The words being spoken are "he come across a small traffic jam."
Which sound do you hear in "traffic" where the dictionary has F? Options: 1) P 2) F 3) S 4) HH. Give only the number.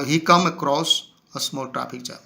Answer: 1